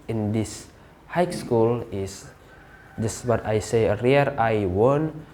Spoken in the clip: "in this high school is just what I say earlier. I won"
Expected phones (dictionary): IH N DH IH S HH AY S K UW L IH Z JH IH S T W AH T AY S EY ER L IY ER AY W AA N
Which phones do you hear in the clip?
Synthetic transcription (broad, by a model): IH N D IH S HH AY S K UW L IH S JH IH S T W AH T AY S EY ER IY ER AY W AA N